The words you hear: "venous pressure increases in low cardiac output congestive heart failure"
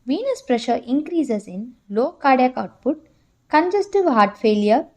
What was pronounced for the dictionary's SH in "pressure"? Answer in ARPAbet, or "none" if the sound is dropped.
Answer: SH